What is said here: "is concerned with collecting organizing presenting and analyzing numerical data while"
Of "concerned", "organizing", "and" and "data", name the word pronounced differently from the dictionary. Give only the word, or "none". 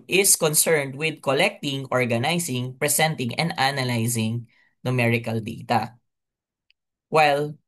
organizing